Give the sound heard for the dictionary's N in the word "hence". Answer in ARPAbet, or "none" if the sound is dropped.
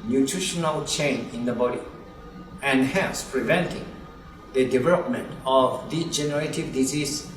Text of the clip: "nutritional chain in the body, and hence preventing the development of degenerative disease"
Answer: none